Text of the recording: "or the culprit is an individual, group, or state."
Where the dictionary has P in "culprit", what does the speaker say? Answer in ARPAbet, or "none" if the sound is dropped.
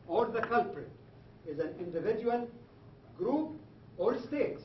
P